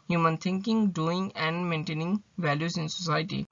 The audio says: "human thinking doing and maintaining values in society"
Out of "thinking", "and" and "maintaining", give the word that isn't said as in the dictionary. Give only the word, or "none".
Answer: thinking